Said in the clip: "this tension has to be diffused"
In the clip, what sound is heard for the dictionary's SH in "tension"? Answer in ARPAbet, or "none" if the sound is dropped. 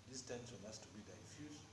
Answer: S